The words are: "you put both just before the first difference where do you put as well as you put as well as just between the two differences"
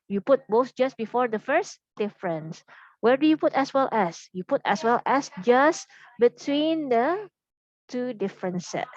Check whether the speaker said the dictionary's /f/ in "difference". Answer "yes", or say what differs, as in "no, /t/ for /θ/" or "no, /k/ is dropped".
yes